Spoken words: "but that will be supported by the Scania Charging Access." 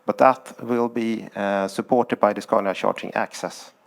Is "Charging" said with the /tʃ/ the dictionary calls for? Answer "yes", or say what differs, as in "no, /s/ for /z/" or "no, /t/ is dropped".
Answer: no, /ʃ/ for /tʃ/